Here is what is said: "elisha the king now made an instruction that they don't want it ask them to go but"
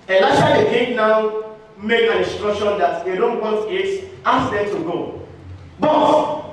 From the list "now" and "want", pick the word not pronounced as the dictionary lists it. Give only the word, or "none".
want